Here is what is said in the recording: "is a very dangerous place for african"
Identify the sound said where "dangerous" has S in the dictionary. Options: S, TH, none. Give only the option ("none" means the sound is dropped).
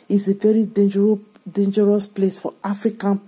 S